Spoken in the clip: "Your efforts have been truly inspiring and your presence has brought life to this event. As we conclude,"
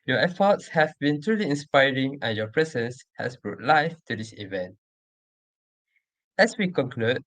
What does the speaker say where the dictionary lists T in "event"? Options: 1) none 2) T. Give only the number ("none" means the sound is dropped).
2